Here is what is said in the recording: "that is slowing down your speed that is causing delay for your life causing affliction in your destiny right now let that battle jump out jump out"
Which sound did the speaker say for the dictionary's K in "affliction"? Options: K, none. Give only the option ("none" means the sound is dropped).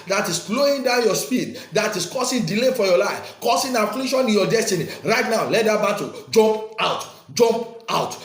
none